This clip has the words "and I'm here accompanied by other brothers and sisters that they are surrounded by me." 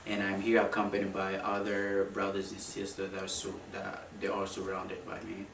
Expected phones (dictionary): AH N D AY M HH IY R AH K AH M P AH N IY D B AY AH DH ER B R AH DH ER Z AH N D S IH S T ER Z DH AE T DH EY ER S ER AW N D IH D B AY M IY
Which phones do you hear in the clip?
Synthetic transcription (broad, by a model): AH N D AY M HH IY R AH K AH M P AH N IY D B AY AH DH ER B R AH DH ER Z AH N S IH S T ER S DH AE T DH EY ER S ER AW N D IH D B AY M IY